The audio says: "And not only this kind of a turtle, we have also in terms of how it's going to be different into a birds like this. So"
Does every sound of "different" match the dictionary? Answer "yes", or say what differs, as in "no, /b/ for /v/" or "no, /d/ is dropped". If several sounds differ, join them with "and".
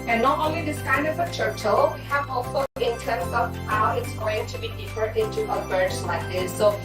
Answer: no, /ɹ/ is dropped